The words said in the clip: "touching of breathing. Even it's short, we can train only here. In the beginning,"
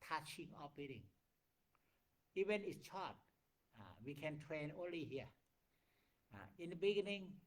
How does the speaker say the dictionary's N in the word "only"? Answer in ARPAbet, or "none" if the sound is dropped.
N